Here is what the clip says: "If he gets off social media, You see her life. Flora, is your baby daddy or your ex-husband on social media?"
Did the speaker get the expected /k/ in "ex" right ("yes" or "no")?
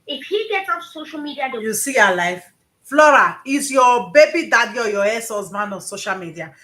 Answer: no